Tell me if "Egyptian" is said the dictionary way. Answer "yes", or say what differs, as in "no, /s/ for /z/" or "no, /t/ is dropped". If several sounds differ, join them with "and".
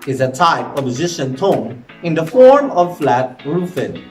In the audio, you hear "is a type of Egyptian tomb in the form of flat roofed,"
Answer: no, /z/ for /dʒ/ and /p/ is dropped